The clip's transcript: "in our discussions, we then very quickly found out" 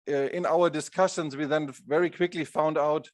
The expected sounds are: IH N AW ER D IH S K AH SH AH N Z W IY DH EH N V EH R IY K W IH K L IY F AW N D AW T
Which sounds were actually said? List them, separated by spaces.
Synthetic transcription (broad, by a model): IH N AW ER D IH S K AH SH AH N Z W IY DH EH N V EH R IY K W IH K L IY F AW N D AW T